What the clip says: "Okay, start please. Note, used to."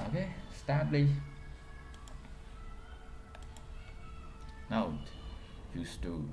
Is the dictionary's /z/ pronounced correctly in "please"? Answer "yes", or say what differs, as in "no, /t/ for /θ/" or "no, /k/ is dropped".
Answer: no, /z/ is dropped